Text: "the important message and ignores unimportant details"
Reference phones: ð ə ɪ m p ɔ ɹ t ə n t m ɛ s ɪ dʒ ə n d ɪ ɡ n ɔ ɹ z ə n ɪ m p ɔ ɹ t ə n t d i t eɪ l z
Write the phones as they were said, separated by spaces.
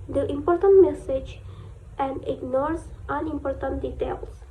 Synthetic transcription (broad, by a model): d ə ɪ m p ɔ ɹ t ə n t m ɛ s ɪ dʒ ə n d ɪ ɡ n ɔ ɹ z ə n ɪ m p ɔ ɹ t ə n t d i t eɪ l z